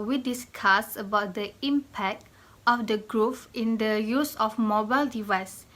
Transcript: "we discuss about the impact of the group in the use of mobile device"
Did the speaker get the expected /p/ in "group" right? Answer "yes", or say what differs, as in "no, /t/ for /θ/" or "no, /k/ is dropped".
no, /f/ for /p/